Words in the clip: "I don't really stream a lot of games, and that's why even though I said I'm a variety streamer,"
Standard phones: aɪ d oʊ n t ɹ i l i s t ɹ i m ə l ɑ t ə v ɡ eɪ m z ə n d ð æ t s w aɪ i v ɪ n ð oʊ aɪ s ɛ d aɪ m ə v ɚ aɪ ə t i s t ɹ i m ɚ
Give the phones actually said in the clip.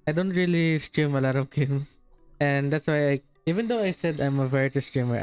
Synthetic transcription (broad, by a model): aɪ d oʊ n t ɹ i l i s t ɹ i m ə l ɑ t ə v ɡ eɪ m s ə n d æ t s w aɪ i v ɪ n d oʊ aɪ s ɛ d aɪ m ə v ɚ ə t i s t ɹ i m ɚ